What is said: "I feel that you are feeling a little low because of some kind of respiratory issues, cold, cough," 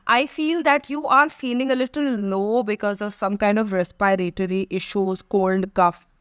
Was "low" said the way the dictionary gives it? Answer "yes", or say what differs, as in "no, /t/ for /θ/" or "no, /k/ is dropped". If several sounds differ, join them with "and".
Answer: no, /n/ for /l/